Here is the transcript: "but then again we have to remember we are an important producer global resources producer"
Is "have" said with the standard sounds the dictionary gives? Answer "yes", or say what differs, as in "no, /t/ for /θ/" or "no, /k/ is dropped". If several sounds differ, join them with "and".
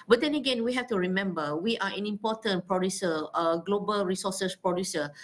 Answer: no, /f/ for /v/